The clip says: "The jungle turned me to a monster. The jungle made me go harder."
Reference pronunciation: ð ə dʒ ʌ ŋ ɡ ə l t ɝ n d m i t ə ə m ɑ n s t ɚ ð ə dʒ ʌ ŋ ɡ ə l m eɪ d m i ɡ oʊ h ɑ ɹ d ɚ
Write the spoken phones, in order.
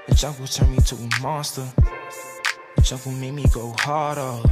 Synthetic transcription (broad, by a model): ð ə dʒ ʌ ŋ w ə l t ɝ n m i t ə ə m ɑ s t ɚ ð ə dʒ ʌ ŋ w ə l m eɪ m i ɡ oʊ h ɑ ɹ d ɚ